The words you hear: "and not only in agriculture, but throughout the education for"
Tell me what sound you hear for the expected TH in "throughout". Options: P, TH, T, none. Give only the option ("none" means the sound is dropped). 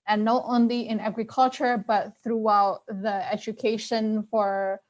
TH